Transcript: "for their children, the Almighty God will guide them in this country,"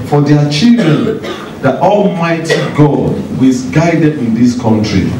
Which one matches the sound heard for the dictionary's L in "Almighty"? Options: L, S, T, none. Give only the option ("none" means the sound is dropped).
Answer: L